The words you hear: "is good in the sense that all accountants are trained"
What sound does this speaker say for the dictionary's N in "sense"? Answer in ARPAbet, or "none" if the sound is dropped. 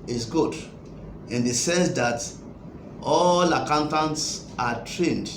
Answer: none